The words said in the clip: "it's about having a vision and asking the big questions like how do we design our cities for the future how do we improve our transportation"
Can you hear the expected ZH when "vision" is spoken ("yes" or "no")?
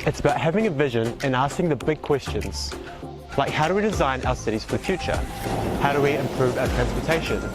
yes